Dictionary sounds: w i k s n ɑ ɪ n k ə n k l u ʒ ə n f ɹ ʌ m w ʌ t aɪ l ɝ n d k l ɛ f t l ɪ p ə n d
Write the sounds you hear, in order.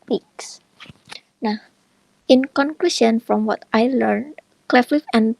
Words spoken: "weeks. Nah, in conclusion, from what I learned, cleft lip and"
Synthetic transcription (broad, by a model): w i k s n ɑ ɪ n k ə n k l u ʃ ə n f ɹ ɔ m w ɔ t aɪ l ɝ n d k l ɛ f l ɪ f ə n